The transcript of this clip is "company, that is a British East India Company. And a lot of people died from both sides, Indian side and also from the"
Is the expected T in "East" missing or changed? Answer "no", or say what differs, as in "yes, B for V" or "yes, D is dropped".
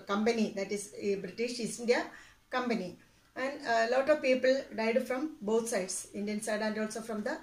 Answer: yes, T is dropped